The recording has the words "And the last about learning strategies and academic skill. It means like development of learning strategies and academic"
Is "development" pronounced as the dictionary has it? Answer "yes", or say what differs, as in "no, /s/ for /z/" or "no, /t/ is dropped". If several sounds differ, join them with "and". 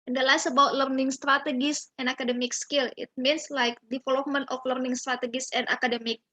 no, /f/ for /v/ and /p/ is dropped